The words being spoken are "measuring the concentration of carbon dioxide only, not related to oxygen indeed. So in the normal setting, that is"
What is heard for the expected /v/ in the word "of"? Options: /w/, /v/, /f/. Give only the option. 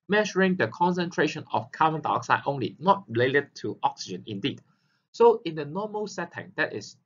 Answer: /f/